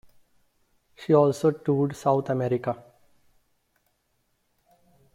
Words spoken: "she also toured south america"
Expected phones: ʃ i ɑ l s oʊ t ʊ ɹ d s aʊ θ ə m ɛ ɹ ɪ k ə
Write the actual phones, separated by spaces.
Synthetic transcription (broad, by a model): ʃ i ɑ l s oʊ t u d s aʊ t ə m ɛ ɹ ɪ k ə